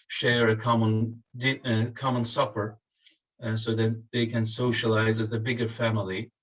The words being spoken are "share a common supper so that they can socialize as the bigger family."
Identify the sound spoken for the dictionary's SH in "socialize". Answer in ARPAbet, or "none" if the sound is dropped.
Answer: SH